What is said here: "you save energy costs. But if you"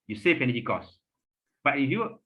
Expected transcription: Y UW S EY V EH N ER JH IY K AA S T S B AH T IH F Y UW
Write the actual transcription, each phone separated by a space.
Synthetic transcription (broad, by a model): Y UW S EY F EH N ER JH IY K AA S S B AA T IH F Y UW